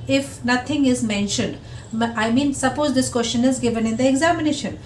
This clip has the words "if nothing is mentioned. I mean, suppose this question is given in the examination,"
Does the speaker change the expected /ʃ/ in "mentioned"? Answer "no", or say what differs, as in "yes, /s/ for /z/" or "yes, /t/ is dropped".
no